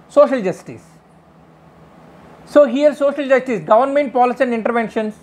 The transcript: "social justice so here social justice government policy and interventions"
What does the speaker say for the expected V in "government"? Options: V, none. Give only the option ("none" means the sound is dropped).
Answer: V